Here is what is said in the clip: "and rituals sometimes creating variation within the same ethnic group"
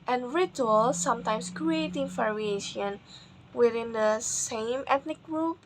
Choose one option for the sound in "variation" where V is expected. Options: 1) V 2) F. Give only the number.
2